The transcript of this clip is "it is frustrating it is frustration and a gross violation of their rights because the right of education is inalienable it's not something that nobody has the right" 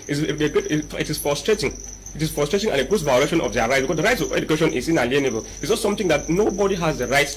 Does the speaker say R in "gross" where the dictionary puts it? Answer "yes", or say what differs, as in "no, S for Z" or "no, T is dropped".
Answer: no, R is dropped